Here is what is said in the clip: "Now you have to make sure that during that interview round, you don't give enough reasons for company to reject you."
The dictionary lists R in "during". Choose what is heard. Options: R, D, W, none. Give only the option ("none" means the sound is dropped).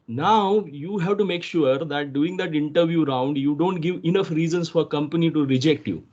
none